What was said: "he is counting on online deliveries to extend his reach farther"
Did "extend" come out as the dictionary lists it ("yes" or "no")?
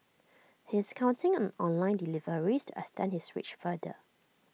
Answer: no